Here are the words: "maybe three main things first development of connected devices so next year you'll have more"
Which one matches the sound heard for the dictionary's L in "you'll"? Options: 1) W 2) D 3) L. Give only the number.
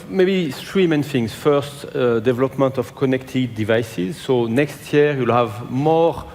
3